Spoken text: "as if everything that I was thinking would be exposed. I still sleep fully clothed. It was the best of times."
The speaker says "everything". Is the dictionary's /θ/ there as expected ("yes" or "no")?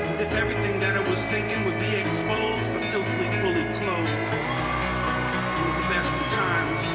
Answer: yes